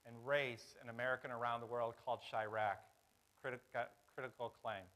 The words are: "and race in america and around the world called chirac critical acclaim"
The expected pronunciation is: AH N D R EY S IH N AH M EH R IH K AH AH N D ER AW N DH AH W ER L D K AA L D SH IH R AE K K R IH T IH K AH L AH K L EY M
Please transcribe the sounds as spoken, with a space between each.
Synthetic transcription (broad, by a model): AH N R EY S IH N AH M EH R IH K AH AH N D ER AW N DH AH W ER L D K AA L D SH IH R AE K K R IH T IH K L K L EY M